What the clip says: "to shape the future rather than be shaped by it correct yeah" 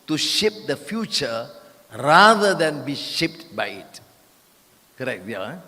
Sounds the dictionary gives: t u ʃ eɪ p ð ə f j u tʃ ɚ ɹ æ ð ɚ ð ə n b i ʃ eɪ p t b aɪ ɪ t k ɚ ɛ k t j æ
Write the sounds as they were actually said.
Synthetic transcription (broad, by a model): t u ʃ eɪ p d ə f j u tʃ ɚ ɹ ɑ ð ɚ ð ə n b i ʃ eɪ p t b aɪ ɪ t k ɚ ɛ k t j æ